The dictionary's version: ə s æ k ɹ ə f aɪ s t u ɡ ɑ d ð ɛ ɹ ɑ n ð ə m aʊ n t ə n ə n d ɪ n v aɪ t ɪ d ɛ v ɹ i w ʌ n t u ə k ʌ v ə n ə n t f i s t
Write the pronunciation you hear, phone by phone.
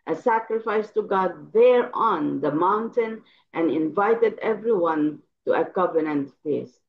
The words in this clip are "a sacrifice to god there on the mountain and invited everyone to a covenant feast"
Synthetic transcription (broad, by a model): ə s æ k ɹ ə f aɪ s t u ɡ ɑ d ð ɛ ɹ ɑ n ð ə m aʊ n t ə n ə n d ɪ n v aɪ t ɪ d ɛ v ɹ i w ʌ n t u ə k ʌ v ə n ə n t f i s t